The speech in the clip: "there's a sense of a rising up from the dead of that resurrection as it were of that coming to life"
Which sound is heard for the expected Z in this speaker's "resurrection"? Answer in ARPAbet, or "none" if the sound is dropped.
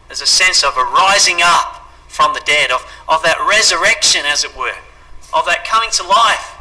Z